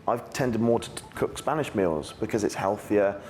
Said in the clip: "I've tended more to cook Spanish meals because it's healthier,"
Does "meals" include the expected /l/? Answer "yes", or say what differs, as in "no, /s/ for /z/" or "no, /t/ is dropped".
yes